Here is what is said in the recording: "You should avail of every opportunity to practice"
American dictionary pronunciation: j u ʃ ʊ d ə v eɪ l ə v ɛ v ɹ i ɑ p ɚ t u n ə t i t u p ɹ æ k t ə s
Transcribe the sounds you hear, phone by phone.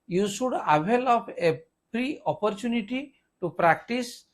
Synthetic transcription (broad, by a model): j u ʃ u d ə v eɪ l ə p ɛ p ɹ i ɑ p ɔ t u n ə t i t u p ɹ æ k t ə s